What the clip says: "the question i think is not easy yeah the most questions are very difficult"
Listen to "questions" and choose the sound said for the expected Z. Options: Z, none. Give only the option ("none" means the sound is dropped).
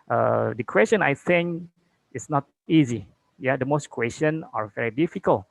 none